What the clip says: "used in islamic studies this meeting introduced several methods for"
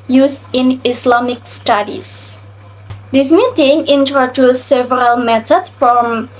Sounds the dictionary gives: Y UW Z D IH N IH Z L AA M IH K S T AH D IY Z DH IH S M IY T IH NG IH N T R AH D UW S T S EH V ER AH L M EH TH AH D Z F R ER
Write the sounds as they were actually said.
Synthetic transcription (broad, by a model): Y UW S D IH N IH S L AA M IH K S T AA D IY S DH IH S M IY T IH NG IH N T R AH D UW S S EH V ER AH L M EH T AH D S F R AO